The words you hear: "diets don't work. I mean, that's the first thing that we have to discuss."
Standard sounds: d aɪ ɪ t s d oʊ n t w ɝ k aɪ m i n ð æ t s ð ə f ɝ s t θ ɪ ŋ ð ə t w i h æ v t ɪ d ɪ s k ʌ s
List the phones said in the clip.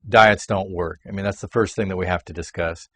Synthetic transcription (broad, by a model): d aɪ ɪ t s d oʊ n t w ɝ k aɪ m i n ð æ t s ð ə f ɝ s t θ ɪ ŋ ð ə t w i h æ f t ɪ d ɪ s k ʌ s